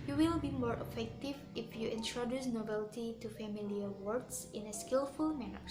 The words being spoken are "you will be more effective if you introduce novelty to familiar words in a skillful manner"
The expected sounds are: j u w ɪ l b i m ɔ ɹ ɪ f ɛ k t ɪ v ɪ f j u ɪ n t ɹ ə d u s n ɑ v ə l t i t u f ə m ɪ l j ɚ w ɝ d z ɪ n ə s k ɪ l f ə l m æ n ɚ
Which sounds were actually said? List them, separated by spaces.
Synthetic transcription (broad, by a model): j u w ɪ l b i m ɔ ɹ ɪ f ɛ k t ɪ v ɪ f j u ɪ n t ɹ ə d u s n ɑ b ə l t i t u f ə m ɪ l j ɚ w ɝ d s ɪ n ə s k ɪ l f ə l m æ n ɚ